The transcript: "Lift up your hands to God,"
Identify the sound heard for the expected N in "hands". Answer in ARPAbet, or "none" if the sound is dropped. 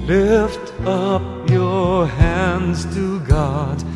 N